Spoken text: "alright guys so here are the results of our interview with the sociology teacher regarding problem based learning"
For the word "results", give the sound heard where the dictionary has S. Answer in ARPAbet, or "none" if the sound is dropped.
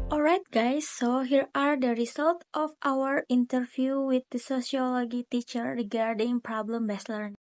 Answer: none